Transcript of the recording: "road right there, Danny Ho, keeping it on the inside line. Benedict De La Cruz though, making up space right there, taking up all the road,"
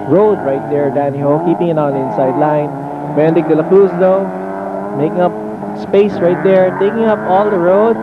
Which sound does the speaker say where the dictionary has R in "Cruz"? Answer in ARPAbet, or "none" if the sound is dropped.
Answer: none